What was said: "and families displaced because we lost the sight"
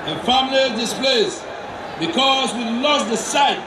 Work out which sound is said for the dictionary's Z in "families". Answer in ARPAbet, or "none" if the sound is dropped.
none